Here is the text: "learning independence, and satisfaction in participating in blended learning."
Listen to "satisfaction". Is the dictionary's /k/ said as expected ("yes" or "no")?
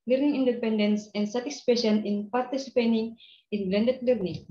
no